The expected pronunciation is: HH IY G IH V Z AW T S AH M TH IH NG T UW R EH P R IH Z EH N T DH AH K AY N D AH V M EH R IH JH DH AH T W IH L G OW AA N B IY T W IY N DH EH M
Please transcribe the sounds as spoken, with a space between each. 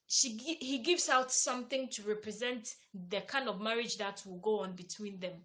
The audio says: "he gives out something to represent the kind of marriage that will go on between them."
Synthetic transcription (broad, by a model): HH IY G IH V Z AW T S AH M TH IH NG T UW R EH P R IH Z EH N T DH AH K AY N D AH V M EH R IH JH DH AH T W IH L G OW AA N B IY T W IY N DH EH M